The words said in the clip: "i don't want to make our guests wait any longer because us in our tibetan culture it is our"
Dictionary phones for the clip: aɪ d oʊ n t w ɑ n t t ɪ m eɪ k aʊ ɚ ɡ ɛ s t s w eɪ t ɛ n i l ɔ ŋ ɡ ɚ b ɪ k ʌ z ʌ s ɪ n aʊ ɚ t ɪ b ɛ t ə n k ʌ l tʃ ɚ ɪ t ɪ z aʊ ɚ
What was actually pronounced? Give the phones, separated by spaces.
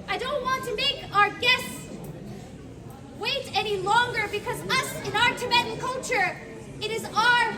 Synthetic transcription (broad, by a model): aɪ d oʊ n t w ɑ n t t ɪ m eɪ k aʊ ɚ ɡ ɛ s s w eɪ t ɛ n i l ɔ ŋ ɡ ɚ b ɪ k ʌ z ʌ s ɪ n aʊ ɚ t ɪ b ɛ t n k ʌ l tʃ ɚ ɪ t ɪ z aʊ ɚ